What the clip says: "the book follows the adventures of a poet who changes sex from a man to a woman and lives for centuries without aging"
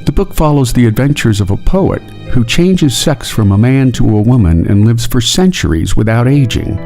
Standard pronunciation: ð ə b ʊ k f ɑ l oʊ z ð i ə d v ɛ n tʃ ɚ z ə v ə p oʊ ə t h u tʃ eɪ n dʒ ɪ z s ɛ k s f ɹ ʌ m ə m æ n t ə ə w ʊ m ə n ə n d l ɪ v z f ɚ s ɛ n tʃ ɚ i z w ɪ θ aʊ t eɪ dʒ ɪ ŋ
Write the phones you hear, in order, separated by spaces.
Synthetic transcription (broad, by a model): ð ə b ʊ k f ɑ l oʊ z ð i ə d v ɛ n tʃ ɚ z ə v ə p oʊ ə t h u tʃ eɪ n dʒ ɪ z s ɛ k s f ɹ ʌ m ə m æ n t ə ə w ʊ m ə n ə n l ɪ v z f ɚ s ɛ n tʃ ɚ i z w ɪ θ aʊ t eɪ dʒ ɪ ŋ